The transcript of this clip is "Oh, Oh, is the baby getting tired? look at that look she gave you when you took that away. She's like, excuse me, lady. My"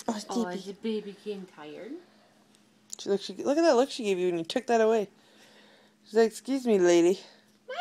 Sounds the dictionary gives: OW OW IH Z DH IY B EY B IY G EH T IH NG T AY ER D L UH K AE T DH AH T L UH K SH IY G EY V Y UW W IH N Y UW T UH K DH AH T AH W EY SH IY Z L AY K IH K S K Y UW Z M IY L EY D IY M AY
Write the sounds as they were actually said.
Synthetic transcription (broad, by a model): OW OW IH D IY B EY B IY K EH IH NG T AY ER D L UH K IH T DH AH T L UH K SH IY G EY V Y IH W IH N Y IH T UH K DH AH T AH W EY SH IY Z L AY IH K S K Y UW Z M IY L EY D IY